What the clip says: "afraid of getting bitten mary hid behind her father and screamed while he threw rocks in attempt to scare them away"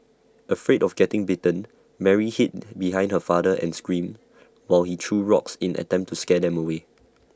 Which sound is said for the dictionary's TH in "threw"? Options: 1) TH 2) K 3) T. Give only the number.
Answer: 3